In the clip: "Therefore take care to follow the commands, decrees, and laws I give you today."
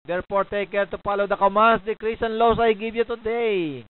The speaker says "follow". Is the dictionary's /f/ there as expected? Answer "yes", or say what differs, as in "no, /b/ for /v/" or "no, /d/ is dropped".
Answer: no, /p/ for /f/